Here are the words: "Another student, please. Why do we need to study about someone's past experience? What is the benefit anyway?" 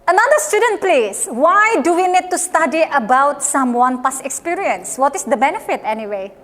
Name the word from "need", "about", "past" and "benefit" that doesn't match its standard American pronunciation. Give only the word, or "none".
past